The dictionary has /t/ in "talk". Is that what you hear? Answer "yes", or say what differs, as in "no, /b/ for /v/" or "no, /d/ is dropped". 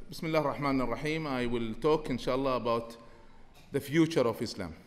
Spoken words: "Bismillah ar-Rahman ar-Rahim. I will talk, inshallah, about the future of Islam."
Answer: yes